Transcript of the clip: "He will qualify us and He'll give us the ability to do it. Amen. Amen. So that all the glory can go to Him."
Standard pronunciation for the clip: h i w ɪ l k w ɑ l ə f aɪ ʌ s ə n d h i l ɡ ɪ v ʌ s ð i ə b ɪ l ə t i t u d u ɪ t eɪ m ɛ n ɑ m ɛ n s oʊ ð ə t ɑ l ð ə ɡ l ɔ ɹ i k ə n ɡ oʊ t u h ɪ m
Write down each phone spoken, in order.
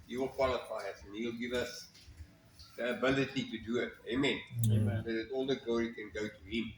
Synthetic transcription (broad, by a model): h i w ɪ l k w ɑ l ə f aɪ ʌ s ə n h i l ɡ ɪ v ʌ s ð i ə b ɪ l ə t i t u d u ɪ t eɪ m ɛ n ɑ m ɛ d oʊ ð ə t ɑ l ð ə ɡ l ɔ ɹ i k ə n ɡ oʊ t u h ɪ m